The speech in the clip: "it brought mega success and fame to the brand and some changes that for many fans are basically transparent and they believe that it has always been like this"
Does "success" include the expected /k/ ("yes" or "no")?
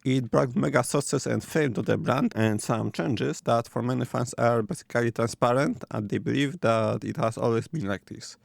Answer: no